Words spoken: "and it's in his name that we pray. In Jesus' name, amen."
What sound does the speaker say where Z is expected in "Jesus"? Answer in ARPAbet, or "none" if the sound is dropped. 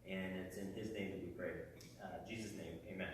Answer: Z